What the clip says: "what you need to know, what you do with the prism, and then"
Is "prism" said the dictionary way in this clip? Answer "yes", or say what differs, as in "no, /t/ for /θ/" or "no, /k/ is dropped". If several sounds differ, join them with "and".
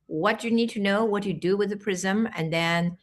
yes